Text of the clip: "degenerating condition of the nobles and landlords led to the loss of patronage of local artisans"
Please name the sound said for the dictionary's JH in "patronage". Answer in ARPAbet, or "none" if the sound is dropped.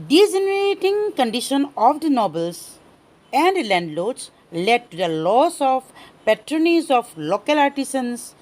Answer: Z